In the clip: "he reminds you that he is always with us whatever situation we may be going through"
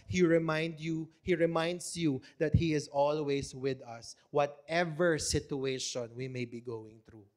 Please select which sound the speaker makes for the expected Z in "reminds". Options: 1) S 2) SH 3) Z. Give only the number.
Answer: 1